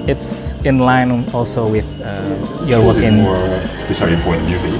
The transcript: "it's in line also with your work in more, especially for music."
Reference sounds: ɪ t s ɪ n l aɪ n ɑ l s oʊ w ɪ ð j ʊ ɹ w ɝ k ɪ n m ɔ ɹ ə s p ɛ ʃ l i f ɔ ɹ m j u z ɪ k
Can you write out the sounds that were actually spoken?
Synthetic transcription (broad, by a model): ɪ t s ɪ n l aɪ n ɑ l s oʊ w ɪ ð j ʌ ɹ w ɝ k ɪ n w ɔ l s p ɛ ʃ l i p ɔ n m j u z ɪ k